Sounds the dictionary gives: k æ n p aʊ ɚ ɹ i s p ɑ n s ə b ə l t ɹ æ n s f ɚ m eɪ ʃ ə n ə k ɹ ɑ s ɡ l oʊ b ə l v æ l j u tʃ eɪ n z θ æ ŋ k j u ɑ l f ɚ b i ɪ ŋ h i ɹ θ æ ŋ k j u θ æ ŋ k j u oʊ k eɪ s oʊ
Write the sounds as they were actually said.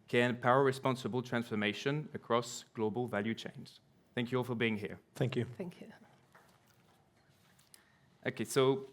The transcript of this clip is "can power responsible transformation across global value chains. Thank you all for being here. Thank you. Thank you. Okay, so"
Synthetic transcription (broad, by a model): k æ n p aʊ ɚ ɹ i s p ɑ n s ə b ə l t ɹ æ n s f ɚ m eɪ ʃ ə n ə k ɹ ɑ s ɡ l oʊ b ə l v æ l j u tʃ eɪ n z θ æ ŋ k j u ɑ l f ɚ b i ɪ ŋ h i ɹ θ æ ŋ k j u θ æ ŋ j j oʊ k eɪ s oʊ